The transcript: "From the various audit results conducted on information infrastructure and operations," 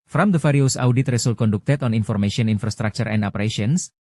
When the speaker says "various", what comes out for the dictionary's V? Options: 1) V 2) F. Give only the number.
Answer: 2